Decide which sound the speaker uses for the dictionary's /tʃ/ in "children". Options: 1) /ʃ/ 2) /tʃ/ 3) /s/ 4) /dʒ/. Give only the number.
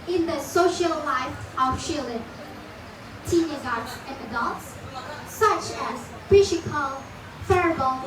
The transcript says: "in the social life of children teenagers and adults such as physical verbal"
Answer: 1